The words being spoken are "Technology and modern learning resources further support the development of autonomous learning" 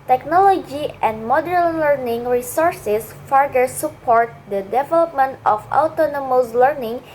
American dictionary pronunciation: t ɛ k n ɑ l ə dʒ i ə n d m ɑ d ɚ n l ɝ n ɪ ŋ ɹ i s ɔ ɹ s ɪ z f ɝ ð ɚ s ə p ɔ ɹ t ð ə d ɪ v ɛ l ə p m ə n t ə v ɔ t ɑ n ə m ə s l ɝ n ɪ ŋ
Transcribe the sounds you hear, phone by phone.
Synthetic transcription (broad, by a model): t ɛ k n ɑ l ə dʒ i ə n d m ɑ d ɚ n l ɝ n ɪ ŋ ɹ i s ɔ ɹ s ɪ s f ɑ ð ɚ s ə p ɔ ɹ t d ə d ɪ v ɛ l ə p m ə n t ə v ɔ t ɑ n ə m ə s l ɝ n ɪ ŋ